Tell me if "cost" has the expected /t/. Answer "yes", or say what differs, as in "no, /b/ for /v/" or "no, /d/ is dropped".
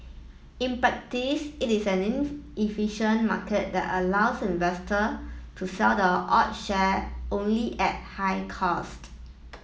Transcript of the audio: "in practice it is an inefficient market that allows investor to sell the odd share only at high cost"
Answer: yes